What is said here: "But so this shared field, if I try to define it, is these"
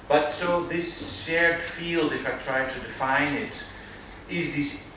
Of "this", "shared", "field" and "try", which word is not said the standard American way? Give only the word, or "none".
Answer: none